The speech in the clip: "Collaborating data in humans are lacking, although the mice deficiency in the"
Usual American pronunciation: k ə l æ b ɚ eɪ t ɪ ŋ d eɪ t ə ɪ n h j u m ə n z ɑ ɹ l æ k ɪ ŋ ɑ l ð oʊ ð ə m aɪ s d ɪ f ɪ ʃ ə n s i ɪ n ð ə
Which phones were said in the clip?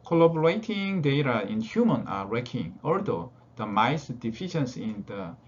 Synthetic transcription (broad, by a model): k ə l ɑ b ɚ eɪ t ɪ ŋ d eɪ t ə ɪ n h j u m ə n ɑ ɹ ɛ k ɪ ŋ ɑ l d oʊ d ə m aɪ s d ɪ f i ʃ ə n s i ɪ n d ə